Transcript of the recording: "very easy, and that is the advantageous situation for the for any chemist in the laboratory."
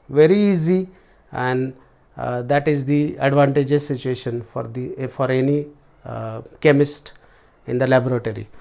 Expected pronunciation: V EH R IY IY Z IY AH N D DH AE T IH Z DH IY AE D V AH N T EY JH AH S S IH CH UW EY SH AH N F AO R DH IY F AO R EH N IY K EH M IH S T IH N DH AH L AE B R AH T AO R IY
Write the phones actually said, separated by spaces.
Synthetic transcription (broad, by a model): V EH R IY IY Z IY AH N D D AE T IH Z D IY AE D V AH N T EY JH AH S S IH CH UW EY SH AH N F AO R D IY F AO R EH N IY K EH M IH S T IH N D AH L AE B R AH T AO R IY